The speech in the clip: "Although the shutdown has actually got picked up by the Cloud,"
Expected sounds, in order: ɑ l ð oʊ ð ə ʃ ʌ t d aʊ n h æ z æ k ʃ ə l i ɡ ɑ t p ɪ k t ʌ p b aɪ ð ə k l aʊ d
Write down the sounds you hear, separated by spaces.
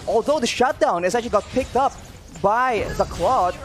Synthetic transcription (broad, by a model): ɑ l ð oʊ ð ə ʃ ʌ t d aʊ n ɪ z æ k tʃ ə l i ɡ ɑ t p ɪ k t ʌ p b aɪ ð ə k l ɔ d